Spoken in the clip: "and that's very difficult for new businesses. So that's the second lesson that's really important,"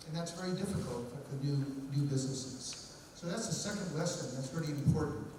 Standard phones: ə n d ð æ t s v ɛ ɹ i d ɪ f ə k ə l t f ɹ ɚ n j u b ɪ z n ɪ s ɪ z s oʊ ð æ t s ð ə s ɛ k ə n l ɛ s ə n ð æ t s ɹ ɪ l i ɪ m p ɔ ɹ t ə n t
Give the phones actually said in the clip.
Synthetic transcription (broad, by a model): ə n ð æ t s v ɛ ɹ i d ɪ f ə k ə l t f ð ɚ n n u b ɪ z n ɪ s ɪ z s oʊ ð æ t s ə s ɛ k ə n w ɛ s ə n ð æ t s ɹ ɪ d i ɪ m p ɔ ɹ t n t